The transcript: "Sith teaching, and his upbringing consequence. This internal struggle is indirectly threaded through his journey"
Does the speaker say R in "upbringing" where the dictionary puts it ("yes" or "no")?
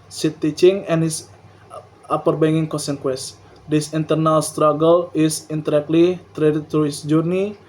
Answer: no